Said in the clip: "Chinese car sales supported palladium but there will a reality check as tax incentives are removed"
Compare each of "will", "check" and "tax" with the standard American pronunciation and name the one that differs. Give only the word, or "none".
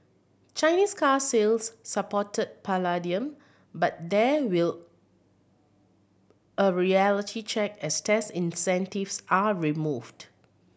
tax